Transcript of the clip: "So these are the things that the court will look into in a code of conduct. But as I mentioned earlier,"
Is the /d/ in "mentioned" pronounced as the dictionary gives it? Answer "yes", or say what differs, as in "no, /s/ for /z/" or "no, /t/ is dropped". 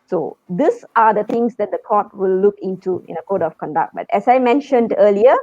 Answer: yes